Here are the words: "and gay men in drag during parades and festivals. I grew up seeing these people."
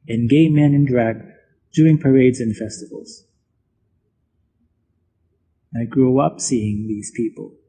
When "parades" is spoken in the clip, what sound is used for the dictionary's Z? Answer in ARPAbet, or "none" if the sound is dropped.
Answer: Z